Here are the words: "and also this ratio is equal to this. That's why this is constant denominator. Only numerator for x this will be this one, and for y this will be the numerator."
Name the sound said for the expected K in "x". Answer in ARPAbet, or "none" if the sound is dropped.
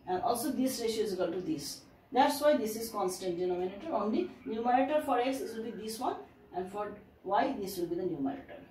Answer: none